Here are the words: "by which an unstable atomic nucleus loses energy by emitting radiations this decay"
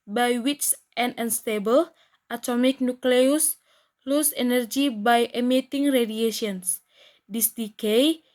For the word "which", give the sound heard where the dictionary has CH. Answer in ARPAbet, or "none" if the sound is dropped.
S